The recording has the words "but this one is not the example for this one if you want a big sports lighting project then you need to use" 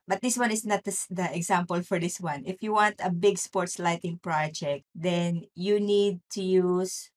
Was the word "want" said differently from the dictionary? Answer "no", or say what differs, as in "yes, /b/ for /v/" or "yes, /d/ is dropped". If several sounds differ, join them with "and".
no